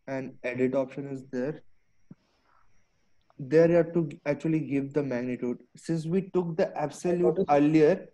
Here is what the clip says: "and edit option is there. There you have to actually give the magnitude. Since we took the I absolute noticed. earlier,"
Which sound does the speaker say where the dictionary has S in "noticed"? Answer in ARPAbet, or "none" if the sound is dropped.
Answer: none